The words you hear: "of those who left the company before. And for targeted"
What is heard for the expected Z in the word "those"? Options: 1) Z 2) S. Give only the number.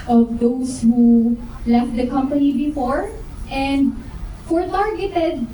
2